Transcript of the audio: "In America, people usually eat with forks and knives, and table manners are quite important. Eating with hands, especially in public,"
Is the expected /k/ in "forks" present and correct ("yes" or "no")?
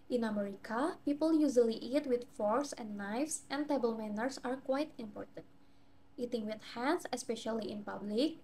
no